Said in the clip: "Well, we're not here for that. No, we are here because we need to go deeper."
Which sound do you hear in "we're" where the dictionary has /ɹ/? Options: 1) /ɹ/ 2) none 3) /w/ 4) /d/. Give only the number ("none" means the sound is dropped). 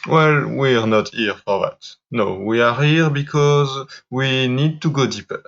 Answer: 1